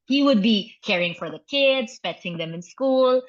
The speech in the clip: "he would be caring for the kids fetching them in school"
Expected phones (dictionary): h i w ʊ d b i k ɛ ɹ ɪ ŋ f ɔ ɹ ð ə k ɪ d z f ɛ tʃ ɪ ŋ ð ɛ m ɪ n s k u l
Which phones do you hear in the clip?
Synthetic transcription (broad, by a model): h i w ʊ d b i k ɛ ɹ ɪ ŋ f ɔ ɹ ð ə k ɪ d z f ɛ s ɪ ŋ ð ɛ m ɪ n s k u l